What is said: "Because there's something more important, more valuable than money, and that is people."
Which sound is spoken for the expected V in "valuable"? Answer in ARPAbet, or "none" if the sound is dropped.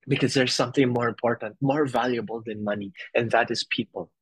V